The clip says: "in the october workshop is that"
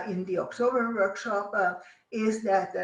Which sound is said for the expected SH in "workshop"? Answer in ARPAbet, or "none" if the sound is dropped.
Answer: SH